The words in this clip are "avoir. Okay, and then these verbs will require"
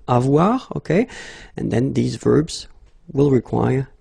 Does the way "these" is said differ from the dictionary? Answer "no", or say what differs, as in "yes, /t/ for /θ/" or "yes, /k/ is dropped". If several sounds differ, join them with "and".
no